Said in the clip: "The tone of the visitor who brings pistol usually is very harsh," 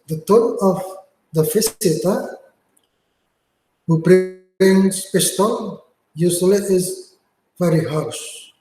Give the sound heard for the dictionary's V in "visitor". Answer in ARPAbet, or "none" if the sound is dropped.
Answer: F